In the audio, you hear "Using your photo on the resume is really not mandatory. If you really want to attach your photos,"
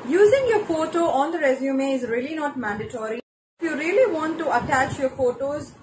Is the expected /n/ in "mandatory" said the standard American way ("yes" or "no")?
yes